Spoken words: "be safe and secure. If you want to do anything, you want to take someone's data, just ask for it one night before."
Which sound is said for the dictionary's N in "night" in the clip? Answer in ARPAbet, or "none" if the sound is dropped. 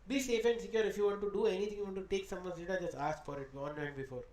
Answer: L